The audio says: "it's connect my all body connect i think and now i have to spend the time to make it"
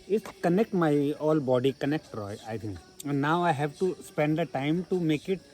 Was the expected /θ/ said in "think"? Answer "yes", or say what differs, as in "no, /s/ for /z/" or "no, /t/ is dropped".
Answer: no, /t/ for /θ/